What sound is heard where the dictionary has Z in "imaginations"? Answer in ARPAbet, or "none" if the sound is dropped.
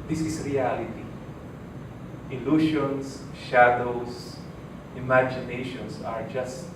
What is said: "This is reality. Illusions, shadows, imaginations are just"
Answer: S